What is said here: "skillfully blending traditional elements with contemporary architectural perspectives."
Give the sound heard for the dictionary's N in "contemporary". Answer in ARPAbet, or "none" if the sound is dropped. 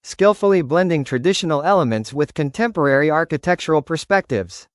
N